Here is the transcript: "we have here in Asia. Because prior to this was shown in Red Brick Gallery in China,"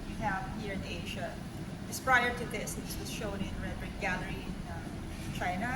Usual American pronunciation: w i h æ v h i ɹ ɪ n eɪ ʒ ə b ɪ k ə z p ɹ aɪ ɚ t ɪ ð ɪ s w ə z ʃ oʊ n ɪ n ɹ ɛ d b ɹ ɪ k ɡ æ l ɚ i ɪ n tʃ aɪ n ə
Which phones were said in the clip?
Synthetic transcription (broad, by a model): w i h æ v h i ɹ ɪ n eɪ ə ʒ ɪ ə s p ɹ aɪ ɚ t ɪ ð ɪ s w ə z ʃ oʊ n ɪ n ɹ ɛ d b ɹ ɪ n ɡ æ l ɚ i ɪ n tʃ aɪ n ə